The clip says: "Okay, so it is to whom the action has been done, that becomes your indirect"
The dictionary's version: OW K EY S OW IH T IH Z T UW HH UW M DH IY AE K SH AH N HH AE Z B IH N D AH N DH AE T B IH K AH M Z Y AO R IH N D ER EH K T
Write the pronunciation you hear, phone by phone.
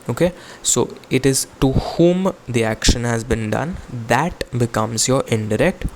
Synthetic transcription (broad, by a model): OW K EY S OW IH T IH Z T UW HH UW M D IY AE K SH AH N HH AE Z B IH N D AH N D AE T B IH K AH M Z Y AO R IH N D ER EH K T